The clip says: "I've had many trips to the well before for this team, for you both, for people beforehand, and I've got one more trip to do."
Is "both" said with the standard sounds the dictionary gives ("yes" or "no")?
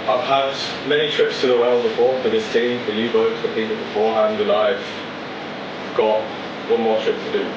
no